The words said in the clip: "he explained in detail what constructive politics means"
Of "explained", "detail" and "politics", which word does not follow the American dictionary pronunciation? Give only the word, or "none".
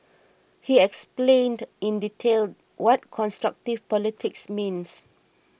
none